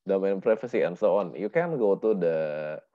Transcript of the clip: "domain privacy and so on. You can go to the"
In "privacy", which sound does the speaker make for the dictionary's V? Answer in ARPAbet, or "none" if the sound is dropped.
F